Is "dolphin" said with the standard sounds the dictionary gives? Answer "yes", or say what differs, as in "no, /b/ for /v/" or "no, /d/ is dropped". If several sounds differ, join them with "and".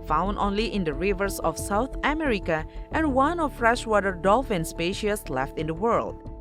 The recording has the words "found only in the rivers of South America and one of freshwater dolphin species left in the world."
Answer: yes